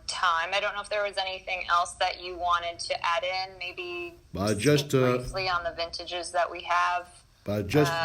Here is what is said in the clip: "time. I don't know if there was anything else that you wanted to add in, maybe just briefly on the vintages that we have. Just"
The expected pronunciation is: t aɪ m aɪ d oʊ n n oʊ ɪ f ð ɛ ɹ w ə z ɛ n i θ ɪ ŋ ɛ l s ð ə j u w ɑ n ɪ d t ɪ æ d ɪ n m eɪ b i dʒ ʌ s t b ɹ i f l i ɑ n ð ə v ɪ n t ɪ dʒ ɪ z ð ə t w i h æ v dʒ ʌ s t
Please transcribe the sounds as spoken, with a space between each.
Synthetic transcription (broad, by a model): t aɪ m aɪ d oʊ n n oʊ ɪ f ð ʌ ɹ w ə z ɛ n i θ ɪ ŋ ɛ l s ð ə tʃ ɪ w ɑ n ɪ d t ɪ æ d ɪ n m eɪ b i dʒ ʌ s t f l i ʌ n ð ə v ɪ n t ɪ dʒ ɪ z ð ə t w i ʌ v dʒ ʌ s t